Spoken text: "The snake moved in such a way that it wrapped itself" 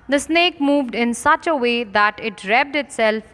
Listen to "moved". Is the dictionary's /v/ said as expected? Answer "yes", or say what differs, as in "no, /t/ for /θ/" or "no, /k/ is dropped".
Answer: yes